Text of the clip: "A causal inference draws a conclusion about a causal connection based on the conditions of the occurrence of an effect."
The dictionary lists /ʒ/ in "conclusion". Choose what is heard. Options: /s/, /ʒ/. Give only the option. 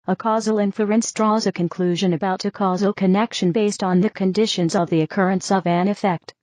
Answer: /ʒ/